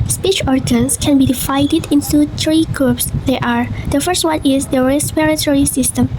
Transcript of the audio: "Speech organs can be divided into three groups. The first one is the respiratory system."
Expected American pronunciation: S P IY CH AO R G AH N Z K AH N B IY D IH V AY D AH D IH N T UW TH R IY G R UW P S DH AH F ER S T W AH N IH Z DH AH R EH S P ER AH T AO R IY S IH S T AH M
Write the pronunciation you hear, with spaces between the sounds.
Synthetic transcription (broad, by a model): S P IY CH AO R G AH N S K AH N B IY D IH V AY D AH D IH N T UW T R IY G R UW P S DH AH F ER S T W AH N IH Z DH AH R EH S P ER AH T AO R IY S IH S T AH M